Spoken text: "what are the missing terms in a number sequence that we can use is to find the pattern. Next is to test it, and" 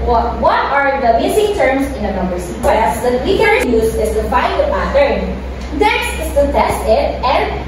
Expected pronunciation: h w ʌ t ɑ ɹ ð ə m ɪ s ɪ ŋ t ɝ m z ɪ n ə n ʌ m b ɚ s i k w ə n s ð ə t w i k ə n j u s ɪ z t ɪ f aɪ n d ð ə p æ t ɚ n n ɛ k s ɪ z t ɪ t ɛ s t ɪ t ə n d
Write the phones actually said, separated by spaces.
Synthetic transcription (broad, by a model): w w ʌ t ɑ ɹ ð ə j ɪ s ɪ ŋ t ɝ m s ɪ n ə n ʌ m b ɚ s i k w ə s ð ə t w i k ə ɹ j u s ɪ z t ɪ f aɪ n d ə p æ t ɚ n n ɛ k s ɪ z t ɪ t ɛ s t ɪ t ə n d